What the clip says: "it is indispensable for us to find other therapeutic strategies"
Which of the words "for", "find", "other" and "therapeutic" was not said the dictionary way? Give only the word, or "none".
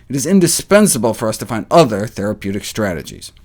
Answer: none